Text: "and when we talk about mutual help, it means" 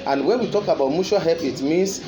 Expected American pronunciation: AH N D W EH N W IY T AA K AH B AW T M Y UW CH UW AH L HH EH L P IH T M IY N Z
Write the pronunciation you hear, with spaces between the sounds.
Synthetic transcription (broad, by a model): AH N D W EH N W IY T AA K AH B AW T M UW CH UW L HH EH P IH T M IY N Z